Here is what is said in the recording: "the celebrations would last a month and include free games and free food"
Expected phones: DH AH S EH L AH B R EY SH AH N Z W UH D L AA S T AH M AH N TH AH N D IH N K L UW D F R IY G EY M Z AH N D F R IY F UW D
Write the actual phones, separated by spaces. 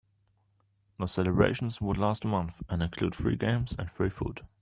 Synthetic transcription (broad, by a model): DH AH S EH L AH B R EY SH AH N Z W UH D L AA S T AH M AH N TH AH N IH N K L UW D F R IY G EY M Z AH N F R IY F UW D